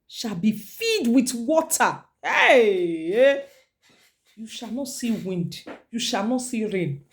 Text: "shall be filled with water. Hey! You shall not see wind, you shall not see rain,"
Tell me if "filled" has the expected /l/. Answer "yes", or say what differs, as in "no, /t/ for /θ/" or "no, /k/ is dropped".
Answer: no, /l/ is dropped